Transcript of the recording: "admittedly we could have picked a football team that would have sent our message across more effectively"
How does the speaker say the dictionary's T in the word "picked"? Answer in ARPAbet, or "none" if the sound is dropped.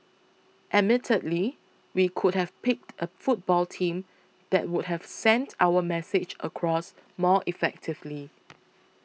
T